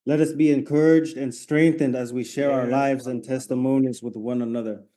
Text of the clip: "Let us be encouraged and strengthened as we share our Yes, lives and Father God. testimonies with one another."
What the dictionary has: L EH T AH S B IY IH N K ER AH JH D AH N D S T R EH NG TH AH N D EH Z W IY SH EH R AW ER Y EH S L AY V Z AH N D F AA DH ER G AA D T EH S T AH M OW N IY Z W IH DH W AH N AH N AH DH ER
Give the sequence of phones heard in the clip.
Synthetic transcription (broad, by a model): L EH T AH S B IY IH N K ER AH JH D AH N S T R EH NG TH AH N D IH Z W IY SH EH R AW ER L AY V Z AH N T EH S T AH M OW N IY Z W IH DH W AH N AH N AH DH ER